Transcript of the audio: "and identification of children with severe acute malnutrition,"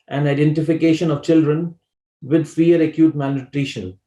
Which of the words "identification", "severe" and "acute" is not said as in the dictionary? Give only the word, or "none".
severe